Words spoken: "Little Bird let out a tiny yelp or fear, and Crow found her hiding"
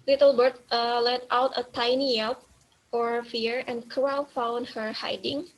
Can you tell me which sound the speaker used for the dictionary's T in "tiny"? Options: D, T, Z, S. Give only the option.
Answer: T